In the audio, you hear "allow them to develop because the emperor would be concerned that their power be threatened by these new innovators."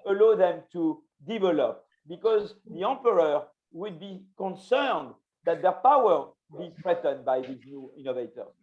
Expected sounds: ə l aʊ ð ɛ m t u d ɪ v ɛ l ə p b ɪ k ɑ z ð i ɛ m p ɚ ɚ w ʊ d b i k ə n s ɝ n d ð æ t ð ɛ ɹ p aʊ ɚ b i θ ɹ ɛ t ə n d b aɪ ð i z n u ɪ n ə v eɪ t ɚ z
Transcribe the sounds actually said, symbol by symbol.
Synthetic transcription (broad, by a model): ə l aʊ ð ɛ m t u d ɪ v ɛ l ə p b ɪ k ɑ z ð i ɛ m p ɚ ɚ w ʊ d b i k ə n s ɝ n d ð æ t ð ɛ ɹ p aʊ ɚ b i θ ɹ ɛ t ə n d b aɪ ð i z n u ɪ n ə v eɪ t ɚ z